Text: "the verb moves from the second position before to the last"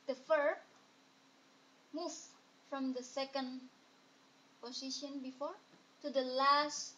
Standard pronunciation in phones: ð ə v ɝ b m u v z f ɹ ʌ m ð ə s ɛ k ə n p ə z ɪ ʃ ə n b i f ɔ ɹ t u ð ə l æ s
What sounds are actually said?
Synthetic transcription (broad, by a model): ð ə f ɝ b m u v f ɹ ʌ m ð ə s ɛ k ə n p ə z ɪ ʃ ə n b i f ɔ ɹ t u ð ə l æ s